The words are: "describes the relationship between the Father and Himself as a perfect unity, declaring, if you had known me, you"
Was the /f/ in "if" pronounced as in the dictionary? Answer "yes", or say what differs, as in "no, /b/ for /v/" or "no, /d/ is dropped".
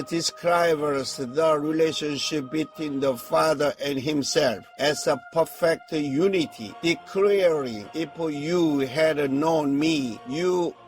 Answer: no, /p/ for /f/